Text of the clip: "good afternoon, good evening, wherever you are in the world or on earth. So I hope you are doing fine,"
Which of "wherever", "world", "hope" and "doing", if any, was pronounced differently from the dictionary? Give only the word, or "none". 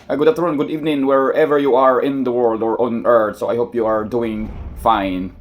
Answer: none